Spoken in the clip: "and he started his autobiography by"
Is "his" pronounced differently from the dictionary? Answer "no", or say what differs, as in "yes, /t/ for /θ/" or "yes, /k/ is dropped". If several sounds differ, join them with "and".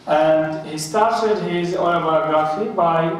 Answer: no